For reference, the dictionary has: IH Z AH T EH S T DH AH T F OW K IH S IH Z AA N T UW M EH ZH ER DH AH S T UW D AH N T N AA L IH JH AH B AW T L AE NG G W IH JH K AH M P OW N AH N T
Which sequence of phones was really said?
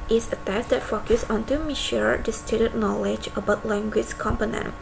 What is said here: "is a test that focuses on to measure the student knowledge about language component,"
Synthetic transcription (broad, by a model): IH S AH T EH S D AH T F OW K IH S AA N T UW M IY SH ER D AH S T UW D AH T N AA L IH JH AH B AW T L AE NG G W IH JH K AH M P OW N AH N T